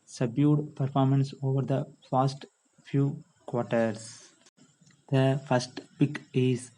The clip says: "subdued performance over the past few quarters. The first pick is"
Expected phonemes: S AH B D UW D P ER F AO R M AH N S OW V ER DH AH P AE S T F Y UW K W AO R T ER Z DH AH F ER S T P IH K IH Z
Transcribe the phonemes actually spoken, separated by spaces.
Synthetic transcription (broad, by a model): S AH B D UW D P ER F AO R M AH N S OW V ER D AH F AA S T F Y UW K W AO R T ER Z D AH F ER S T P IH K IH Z